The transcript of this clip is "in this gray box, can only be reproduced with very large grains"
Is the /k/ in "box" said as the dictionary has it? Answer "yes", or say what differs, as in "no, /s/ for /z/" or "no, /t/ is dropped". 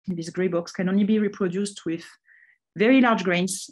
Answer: yes